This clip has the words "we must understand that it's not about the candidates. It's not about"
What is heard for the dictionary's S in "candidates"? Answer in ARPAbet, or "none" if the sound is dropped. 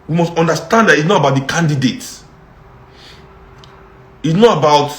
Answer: none